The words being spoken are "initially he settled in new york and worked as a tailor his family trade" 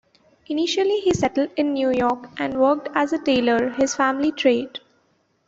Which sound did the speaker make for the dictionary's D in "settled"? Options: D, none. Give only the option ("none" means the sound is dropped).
D